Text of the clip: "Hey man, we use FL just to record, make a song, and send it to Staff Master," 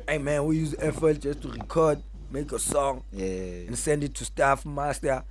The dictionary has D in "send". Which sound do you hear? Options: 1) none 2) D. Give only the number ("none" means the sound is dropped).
2